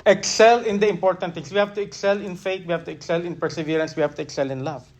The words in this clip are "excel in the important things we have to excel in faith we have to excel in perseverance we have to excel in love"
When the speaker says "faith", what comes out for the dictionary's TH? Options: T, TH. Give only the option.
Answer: T